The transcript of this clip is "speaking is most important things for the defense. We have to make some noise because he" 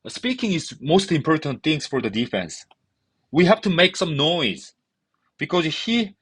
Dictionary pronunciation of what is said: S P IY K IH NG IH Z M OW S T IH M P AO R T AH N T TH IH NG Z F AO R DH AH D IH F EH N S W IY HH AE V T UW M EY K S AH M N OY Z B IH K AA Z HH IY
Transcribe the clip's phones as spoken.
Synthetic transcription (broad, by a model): S P IY K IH NG IH Z M OW S T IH M P AO R T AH N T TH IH NG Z F AO R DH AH D IH F EH N S W IY HH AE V T UW M EY K S AH M N OY Z B IH K AA Z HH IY